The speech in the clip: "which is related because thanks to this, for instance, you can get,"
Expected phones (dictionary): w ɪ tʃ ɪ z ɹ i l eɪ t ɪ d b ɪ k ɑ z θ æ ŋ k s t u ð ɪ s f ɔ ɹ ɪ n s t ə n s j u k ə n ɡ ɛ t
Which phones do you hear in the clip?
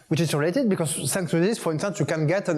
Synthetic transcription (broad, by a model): w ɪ tʃ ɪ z ɹ i l eɪ t ɪ d b ɪ k ɑ z s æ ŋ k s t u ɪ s f ɔ ɹ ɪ n s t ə n s j u k ə n ɡ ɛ t